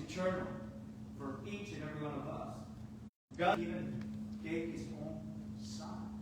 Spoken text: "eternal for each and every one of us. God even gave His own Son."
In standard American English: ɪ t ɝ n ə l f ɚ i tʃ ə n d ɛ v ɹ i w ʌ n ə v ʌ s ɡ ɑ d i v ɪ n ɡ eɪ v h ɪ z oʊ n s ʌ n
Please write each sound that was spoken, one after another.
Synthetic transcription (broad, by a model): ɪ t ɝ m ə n f ɚ i tʃ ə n ɛ v ɹ i w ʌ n ə v ʌ s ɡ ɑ i v ɪ n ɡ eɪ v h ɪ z oʊ n s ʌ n